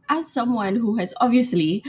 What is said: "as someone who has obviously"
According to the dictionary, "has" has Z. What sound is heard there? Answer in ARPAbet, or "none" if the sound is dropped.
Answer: Z